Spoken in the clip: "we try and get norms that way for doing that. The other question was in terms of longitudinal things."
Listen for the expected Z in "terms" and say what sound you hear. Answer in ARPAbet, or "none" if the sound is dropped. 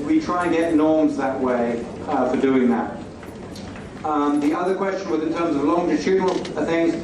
Z